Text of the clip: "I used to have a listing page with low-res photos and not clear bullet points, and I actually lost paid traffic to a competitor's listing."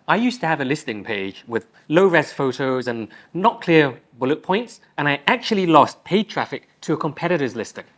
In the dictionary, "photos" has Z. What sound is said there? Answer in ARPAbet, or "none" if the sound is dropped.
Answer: Z